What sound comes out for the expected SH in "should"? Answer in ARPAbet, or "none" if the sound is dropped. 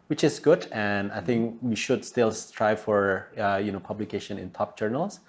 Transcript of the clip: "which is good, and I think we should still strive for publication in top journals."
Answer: SH